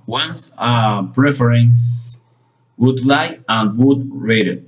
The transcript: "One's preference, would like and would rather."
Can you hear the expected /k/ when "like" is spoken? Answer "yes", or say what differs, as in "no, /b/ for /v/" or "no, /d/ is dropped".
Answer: no, /k/ is dropped